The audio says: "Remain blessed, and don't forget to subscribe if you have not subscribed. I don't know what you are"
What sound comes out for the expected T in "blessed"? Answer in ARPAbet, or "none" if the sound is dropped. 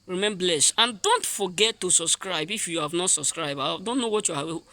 none